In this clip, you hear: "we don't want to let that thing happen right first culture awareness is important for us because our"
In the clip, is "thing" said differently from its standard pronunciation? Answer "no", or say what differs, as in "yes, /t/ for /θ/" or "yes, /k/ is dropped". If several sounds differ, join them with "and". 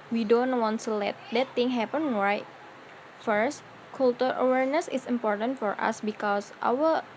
yes, /t/ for /θ/